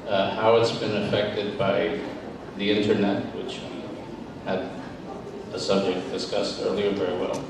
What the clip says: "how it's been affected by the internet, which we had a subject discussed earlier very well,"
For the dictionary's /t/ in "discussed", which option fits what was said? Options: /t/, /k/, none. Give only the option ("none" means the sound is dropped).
/t/